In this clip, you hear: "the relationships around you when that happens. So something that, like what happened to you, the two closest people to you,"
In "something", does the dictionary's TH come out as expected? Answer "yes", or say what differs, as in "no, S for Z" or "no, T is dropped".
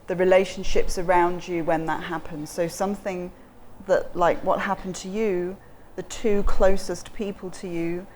yes